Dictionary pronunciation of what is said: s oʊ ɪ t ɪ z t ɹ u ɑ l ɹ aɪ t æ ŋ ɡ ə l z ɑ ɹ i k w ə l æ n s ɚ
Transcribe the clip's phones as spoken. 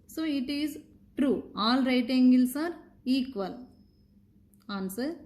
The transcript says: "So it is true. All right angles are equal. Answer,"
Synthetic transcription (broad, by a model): s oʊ ɪ t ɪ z t ɹ u ɑ l ɹ aɪ t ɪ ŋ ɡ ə l s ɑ ɹ i k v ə l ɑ n s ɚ